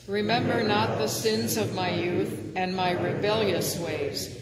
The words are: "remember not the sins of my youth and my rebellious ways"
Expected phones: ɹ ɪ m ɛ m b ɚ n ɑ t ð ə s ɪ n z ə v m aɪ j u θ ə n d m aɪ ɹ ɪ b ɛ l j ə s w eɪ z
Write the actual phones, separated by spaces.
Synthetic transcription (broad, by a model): ɹ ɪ m ɛ m b ɚ n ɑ t ð ə s ɪ n z ə v m aɪ j u θ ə n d m aɪ ɹ ɪ b ɛ l j ə s w eɪ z